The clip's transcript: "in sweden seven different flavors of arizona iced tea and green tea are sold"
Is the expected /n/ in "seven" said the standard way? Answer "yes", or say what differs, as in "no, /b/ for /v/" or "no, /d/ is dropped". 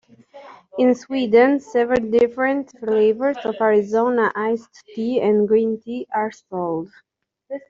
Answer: no, /l/ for /n/